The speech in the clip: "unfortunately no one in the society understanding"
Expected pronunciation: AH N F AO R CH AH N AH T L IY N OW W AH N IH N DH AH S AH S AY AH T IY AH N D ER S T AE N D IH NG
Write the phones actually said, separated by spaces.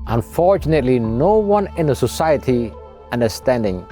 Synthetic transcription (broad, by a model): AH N F AO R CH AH N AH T L IY N OW W AH N IH N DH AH S AH S AY AH T IY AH N D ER S T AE N D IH NG